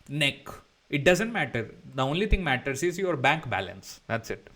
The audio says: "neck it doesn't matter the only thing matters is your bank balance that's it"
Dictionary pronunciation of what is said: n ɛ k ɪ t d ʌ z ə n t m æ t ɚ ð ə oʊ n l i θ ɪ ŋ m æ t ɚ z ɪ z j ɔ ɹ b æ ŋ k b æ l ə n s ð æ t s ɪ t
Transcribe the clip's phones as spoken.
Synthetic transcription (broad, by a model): n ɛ k ɪ t d ʌ z ə n t m æ t ɚ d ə oʊ n l i t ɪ ŋ m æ t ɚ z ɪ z j ɔ ɹ b æ ŋ k b æ l ə n s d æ t s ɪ t